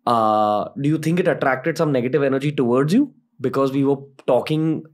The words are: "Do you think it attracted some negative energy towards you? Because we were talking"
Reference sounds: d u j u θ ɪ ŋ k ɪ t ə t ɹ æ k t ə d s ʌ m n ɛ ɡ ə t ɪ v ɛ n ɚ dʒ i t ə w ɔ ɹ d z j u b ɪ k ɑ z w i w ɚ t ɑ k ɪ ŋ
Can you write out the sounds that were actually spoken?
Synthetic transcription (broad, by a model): d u j u t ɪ ŋ k ɪ t ə t ɹ æ k t ə d s ʌ m n ɛ ɡ ə t ɪ v ɛ n ɚ dʒ i t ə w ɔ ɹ d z j u b ɪ k ɑ z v i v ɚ t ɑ k ɪ ŋ